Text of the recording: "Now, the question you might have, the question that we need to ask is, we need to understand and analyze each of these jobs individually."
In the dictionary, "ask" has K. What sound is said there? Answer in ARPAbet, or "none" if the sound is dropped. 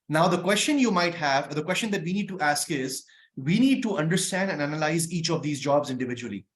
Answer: K